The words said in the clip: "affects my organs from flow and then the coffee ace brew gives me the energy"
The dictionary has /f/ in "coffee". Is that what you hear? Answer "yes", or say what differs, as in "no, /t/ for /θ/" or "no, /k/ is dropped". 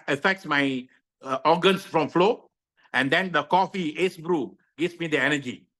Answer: yes